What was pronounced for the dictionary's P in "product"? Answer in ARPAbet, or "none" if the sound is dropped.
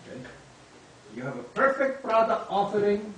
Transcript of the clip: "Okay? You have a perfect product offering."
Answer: B